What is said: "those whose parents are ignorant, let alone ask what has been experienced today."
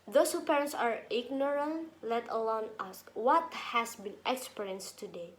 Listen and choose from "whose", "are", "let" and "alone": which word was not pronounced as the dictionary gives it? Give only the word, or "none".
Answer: whose